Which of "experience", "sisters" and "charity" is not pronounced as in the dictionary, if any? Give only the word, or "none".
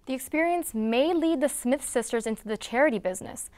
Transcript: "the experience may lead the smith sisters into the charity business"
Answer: none